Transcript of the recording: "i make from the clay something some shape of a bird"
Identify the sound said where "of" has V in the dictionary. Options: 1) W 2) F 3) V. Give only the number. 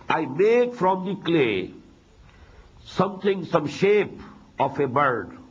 2